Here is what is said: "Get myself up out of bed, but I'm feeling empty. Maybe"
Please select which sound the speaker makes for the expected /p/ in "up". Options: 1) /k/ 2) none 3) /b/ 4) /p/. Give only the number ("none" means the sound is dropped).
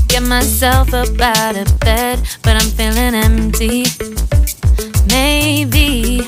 3